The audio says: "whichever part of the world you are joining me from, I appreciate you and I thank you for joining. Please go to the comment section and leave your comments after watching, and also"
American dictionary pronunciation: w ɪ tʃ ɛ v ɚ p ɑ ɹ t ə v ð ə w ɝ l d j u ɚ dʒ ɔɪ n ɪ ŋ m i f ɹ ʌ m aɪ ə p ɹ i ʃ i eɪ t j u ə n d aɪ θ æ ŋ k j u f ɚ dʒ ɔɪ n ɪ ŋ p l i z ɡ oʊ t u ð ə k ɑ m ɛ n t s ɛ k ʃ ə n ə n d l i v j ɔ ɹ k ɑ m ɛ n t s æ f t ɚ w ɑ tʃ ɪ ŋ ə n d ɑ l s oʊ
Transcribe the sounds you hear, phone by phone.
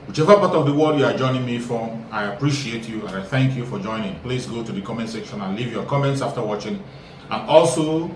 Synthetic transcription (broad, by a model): w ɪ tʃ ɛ v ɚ p ɑ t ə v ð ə w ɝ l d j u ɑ dʒ ɔɪ n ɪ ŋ m i f ɹ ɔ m aɪ ə p ɹ i ʃ i eɪ t j u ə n aɪ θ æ ŋ k j u f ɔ dʒ ɔɪ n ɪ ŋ p l i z ɡ oʊ t u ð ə k ɑ m ɛ n t s ɛ k ʃ ə n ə n l i v j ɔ k ɑ m ɛ n t s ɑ f t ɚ w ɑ tʃ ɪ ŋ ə n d ɑ l s oʊ